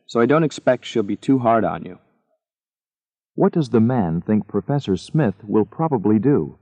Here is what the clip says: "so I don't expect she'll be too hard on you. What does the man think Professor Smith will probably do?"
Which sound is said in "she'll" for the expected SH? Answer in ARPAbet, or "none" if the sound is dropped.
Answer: SH